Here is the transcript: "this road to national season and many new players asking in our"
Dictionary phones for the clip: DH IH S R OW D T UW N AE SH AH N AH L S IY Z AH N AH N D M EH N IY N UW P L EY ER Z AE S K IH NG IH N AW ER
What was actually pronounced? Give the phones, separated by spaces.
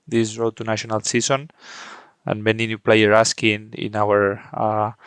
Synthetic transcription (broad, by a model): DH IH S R OW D T UW N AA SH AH N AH L S IY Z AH N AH N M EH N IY N UW P L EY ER AA S K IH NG IH N AW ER